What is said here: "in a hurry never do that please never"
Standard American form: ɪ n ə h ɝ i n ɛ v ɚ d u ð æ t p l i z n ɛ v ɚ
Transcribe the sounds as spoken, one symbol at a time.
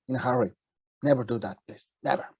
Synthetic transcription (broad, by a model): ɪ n h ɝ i n ɛ v ɚ d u ð æ t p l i s n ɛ v ɚ